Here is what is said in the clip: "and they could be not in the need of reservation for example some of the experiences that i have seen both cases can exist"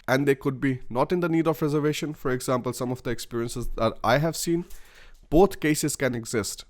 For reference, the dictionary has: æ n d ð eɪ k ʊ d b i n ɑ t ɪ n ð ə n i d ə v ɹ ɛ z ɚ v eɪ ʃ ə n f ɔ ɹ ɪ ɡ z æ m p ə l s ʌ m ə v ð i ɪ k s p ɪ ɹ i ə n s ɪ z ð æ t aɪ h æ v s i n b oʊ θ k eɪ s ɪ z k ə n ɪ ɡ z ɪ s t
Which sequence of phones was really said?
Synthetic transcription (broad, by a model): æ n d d eɪ k ʊ d b i n ɑ t ɪ n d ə n i d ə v ɹ ɛ z ɚ v eɪ ʃ ə n f ɔ ɹ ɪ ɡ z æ m p ə l s ʌ m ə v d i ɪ k s p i ɹ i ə n s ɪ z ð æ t aɪ h æ v s i n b oʊ t k eɪ s ɪ z k ə n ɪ ɡ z ɪ s t